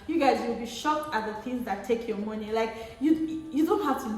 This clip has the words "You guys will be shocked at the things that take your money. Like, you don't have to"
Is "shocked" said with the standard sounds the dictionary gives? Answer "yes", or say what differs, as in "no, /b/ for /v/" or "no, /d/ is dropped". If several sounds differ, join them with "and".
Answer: yes